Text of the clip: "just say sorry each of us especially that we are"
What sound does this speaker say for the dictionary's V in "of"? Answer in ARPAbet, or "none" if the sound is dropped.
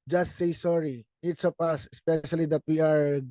P